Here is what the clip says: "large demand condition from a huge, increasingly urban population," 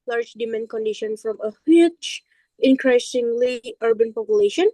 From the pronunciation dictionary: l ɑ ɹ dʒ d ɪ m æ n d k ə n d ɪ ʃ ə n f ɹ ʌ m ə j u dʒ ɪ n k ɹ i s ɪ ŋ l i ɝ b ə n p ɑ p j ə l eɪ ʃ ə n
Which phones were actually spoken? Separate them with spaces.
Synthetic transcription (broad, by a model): l ɑ ɹ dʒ d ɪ m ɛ n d k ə n d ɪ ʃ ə n f ɹ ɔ m ə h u tʃ ɪ n k ɹ i s ɪ ŋ l i ɝ b ə n p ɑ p j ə l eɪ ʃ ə n